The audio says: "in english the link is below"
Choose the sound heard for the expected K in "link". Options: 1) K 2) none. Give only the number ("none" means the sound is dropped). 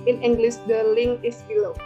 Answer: 2